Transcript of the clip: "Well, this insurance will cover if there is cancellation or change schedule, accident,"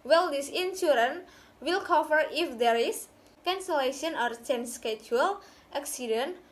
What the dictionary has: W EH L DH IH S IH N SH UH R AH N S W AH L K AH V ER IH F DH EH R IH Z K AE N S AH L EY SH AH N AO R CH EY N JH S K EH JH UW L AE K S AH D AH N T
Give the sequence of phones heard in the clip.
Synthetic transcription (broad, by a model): W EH L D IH S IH N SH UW R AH N W AH L K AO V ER IH F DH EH R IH S K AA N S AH L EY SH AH N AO R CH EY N S K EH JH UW L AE K S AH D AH N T